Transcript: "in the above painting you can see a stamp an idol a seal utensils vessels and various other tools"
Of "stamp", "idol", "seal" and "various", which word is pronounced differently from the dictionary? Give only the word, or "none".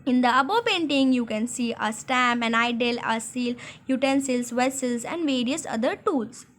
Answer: stamp